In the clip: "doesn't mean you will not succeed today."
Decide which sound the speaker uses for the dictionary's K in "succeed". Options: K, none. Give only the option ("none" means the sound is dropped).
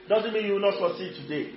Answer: none